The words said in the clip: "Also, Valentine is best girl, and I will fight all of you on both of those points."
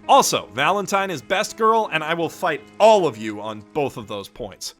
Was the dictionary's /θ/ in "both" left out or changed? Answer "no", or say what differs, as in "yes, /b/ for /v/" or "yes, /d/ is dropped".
no